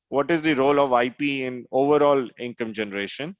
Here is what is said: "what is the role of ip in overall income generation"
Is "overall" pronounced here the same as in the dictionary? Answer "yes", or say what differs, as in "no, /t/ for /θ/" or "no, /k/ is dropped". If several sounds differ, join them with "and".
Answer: yes